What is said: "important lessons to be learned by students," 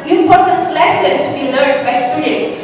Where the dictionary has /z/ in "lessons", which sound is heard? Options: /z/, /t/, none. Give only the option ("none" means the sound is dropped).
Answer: none